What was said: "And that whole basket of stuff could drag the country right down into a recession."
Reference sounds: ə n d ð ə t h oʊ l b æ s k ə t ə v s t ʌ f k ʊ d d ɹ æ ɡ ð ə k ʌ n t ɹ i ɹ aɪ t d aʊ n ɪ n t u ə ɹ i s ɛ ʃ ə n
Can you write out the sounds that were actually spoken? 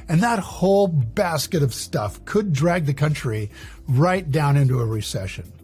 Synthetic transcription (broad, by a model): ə n ð ə t h oʊ l b æ s k ə t ə v s t ʌ f k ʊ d d ɹ æ ɡ ð ə k ʌ n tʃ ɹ i ɹ aɪ t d aʊ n ɪ n t u ə ɹ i s ɛ ʃ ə n